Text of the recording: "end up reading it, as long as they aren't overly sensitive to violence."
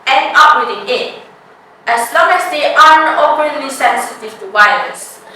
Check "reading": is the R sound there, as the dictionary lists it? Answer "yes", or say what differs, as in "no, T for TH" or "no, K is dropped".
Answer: no, W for R